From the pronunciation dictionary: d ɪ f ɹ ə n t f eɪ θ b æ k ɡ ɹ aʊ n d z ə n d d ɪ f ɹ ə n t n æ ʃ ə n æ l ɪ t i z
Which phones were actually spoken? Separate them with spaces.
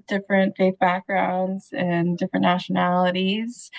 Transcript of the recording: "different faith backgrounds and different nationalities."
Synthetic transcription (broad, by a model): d ɪ f ɹ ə n t f eɪ θ b æ k ɡ ɹ aʊ n d z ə n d d ɪ f ɹ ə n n æ ʃ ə n æ l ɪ t i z